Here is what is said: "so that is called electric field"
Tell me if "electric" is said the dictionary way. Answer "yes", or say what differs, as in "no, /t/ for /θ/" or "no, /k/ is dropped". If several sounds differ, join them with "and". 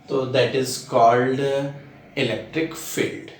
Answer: yes